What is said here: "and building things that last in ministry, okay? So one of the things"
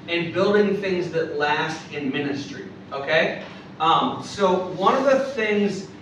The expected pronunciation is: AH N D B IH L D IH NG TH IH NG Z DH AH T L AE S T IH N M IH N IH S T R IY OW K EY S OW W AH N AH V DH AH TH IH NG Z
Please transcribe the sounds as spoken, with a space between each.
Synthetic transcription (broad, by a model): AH N B IH L D IH NG TH IH NG Z DH AH T L AE S T IH N M IH N IH S T R IY OW K EY S OW W AH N AH V DH AH TH IH NG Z